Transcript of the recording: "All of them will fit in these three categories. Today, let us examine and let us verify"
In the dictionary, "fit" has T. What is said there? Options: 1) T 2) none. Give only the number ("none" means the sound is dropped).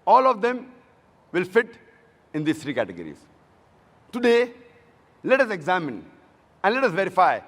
1